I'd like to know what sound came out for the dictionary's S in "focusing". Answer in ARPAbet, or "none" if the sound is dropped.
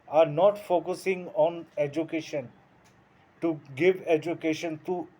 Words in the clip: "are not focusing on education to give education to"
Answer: S